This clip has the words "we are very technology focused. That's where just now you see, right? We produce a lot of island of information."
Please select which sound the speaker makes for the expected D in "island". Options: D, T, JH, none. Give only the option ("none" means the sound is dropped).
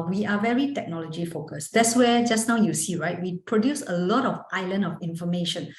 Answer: none